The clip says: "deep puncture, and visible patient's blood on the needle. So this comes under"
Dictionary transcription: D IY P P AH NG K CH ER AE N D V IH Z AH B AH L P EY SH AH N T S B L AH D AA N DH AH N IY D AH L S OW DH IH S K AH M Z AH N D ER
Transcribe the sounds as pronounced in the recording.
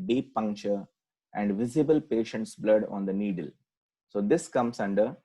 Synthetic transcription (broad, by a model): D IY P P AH NG K CH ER AE N D V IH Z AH B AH L P EY SH AH N T S B L AH D AA N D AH N IY D AH L S OW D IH S K AH M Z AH N D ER